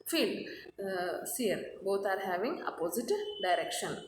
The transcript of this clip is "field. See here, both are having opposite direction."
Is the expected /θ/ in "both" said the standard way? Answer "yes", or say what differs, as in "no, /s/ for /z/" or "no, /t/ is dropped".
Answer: no, /t/ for /θ/